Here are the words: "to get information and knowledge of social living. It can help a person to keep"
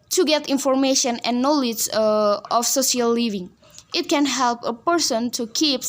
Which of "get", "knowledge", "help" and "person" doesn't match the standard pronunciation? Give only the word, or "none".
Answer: none